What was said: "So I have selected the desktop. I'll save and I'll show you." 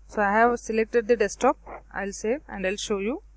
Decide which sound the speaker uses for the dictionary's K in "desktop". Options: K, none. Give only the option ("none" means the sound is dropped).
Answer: none